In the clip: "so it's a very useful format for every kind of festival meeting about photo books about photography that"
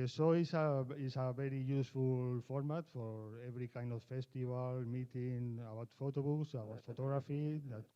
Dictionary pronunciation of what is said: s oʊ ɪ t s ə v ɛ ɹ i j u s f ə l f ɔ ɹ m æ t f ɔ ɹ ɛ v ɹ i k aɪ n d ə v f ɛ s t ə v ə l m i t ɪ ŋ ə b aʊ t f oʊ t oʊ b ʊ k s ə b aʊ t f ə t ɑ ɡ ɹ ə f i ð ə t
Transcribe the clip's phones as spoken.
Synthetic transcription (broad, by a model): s oʊ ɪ s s ə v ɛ ɹ i j u s f ə l f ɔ ɹ m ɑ t f ɔ ɹ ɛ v ɹ i k aɪ n d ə f f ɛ s t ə b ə l m i t ɪ ŋ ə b aʊ t f oʊ t oʊ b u k s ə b aʊ t f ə t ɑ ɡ ɹ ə f i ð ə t